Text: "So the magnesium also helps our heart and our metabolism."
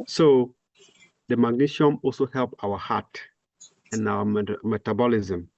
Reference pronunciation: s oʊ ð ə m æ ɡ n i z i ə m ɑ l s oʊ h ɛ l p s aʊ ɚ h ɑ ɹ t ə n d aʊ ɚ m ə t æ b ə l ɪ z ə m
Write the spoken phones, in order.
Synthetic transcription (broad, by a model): s oʊ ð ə m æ ɡ n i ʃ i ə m ɑ l s oʊ h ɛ l p aʊ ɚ h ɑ t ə n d aʊ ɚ m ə t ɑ b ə l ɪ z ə m